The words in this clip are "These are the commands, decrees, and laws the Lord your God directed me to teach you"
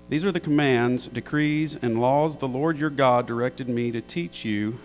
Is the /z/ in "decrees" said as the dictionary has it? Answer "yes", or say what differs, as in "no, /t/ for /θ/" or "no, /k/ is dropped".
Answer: yes